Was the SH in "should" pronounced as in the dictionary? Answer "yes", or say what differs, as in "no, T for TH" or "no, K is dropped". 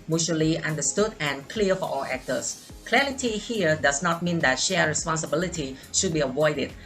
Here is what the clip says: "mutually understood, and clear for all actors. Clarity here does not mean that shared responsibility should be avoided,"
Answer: yes